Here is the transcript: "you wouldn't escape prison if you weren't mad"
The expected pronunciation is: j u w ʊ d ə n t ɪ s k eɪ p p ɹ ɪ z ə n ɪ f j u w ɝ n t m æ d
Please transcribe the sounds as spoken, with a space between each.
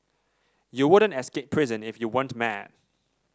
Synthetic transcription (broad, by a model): j u w ʊ d ə n t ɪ s k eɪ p p ɹ ɪ z ə n ɪ f j u w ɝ n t m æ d